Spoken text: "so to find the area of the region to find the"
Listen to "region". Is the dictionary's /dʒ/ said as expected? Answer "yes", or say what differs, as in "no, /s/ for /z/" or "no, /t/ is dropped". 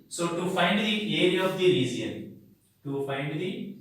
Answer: no, /z/ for /dʒ/